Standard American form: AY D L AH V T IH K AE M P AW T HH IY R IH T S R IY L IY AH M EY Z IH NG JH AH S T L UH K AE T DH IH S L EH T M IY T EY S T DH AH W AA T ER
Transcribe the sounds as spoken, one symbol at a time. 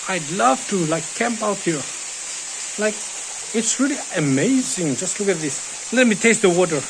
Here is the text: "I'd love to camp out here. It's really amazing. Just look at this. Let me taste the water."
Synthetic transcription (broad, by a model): AY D L AH V T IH K AE M P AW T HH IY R IH T S R IY L IY AH M EY Z IH NG JH AH S T L UH K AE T DH IH S L EH T M IY T EY S T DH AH W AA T ER